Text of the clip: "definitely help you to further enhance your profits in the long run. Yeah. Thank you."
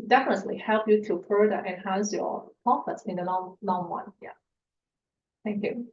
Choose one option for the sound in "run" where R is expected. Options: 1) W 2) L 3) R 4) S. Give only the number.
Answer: 1